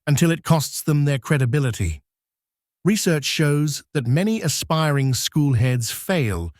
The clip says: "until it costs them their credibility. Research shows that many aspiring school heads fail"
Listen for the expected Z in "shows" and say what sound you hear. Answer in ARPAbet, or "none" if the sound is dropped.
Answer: Z